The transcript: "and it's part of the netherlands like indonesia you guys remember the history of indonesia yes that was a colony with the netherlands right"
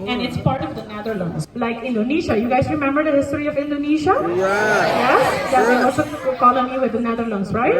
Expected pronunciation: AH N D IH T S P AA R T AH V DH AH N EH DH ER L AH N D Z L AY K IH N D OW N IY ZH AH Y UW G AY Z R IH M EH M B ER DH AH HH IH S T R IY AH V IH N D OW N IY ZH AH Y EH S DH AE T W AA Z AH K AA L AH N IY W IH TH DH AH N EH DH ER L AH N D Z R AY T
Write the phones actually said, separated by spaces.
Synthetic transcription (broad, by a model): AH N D IH T S P AA R T AH V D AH N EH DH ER L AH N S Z L AY K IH N D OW N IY SH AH Y UW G AY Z R IH M EH M B ER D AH HH IH S T R IY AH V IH N D OW N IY SH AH Y EH S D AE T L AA S AH K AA L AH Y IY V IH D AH N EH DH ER L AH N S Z R AY T